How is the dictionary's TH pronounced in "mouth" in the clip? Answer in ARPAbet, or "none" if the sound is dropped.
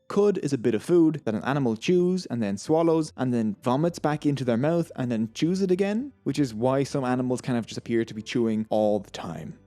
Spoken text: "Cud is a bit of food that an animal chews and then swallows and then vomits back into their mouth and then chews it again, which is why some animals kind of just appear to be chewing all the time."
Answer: TH